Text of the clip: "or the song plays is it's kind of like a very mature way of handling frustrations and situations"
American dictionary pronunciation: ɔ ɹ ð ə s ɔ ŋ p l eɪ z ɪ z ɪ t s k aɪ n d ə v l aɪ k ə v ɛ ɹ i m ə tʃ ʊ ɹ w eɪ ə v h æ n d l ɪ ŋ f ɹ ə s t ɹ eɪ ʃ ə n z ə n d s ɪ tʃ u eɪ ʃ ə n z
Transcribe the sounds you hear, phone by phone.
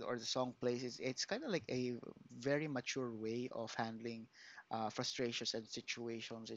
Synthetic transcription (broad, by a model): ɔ ɹ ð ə s ɔ ŋ p l eɪ s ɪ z ɪ t s k aɪ n d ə l aɪ k ə v ɛ ɹ i m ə tʃ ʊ ɹ w eɪ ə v h æ n d l ɪ ŋ f ɹ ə s t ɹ eɪ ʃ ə n s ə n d s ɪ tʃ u eɪ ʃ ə n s